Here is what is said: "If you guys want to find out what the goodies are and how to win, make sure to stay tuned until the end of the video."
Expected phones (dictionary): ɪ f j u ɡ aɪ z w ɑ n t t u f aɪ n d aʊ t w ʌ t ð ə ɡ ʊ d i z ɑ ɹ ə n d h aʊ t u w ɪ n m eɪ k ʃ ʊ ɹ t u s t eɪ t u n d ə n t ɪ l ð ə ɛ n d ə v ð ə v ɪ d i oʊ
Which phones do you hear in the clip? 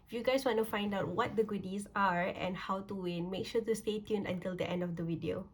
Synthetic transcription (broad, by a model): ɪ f j u ɡ aɪ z w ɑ n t t u f aɪ n d aʊ t w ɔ t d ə ɡ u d i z ɑ ɹ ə n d h aʊ t u w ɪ n m eɪ k ʃ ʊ t u s t eɪ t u n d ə n t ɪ l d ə ɛ n d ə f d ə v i d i oʊ